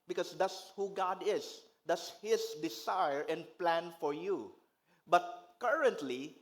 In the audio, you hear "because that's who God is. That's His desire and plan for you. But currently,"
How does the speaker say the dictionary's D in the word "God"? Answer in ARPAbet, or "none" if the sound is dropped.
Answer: D